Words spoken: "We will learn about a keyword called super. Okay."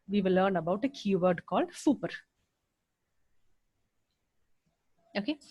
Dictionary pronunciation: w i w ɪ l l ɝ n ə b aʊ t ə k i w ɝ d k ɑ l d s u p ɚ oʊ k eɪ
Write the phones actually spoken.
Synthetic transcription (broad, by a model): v i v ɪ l l ɝ n ə b aʊ t ə k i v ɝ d k ɑ l d s u p ɚ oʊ k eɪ